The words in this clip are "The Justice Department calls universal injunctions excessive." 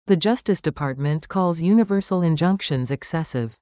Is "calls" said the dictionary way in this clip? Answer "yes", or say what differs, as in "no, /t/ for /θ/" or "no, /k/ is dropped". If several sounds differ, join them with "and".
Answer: yes